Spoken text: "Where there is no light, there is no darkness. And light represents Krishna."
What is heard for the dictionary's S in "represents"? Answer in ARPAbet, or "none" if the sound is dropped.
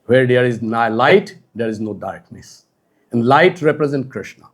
none